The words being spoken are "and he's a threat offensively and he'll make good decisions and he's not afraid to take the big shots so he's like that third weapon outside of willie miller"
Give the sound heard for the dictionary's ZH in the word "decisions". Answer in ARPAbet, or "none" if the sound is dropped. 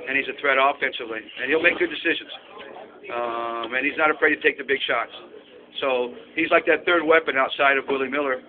ZH